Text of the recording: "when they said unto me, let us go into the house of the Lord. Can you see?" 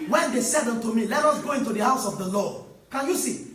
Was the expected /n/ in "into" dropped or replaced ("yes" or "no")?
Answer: no